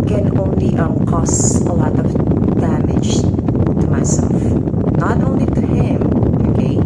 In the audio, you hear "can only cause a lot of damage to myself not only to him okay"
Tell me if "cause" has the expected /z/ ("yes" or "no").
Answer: no